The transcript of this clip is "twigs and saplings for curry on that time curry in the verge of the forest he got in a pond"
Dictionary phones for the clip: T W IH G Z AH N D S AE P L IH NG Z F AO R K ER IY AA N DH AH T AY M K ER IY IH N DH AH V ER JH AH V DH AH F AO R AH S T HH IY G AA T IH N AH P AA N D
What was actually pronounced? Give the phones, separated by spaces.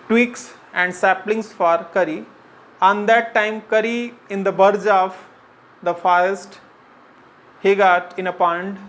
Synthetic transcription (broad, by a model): T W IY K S AH N D S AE P L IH NG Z F AO R K ER IY AA N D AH T AY M K ER IY IH N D AH B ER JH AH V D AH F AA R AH S T HH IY G AA T IH N AH P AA N D